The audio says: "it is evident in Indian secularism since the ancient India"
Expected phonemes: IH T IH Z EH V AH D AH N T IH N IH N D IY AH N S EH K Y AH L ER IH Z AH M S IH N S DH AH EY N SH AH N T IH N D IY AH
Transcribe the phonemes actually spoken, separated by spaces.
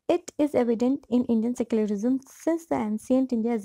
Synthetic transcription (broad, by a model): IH T IH Z EH V AH D AH N T IH N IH N D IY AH N S EH K Y AH L ER IH Z AH M S IH N S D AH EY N S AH N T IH N D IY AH